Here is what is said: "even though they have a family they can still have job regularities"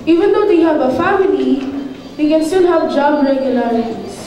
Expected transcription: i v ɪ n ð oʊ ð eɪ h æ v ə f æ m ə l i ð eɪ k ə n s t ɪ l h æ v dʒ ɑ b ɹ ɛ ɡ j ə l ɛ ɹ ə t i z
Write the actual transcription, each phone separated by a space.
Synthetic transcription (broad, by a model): i v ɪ n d oʊ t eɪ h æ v ə f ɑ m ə n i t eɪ k ə n s t ɪ l h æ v dʒ ɑ b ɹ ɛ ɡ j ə l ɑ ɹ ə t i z